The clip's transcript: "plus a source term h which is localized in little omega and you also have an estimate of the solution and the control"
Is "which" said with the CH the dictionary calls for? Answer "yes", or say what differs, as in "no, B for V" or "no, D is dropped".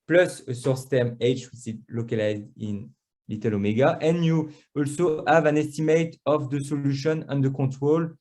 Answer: no, S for CH